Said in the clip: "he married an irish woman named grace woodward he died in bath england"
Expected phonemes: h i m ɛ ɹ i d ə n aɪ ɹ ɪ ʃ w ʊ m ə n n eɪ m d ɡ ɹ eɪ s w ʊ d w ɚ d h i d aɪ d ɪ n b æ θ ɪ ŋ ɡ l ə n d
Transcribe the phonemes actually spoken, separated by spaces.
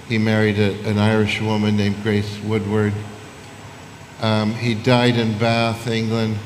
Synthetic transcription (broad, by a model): h i m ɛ ɹ i d ə n aɪ ɹ ɪ ʃ w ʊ m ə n n eɪ m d ɡ ɹ eɪ s w ʊ d w ɚ d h i d aɪ d ɪ n b æ θ ɪ ŋ ɡ l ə n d